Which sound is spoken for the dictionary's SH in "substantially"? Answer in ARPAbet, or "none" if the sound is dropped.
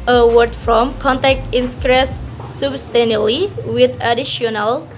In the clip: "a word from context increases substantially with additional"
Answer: none